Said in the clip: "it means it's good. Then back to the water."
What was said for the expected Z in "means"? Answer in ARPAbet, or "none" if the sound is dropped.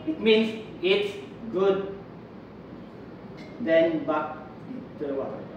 S